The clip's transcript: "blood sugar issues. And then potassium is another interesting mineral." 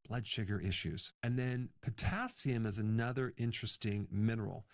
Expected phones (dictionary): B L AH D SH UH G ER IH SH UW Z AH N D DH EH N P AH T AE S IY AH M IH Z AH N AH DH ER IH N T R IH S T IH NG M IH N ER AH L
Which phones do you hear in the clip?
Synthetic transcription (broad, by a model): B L AH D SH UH G ER IH SH UW Z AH N DH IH N P AH T AE S IY AH M IH Z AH N AH DH ER IH N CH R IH S T IH NG M IH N ER L